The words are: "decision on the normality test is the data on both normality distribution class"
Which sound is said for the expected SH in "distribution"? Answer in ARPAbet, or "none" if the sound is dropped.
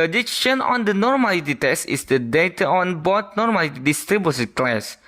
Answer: S